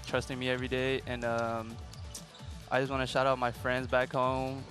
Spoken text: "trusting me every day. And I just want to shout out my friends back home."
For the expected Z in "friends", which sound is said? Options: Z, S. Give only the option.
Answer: Z